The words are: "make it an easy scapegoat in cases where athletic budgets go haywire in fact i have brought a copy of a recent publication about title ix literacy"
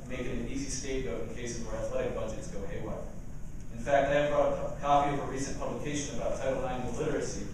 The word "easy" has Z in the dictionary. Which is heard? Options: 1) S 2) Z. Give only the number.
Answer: 2